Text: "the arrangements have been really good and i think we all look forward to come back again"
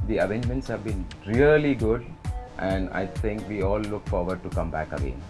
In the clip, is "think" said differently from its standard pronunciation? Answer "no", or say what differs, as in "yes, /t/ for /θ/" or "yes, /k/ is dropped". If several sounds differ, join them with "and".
yes, /t/ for /θ/